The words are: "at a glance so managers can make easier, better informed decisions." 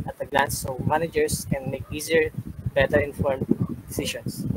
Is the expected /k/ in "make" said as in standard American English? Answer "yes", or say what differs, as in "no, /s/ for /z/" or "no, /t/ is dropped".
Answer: yes